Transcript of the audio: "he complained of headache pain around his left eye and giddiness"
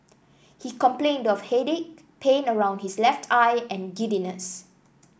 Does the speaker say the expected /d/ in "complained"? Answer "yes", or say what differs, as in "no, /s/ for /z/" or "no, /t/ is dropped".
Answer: yes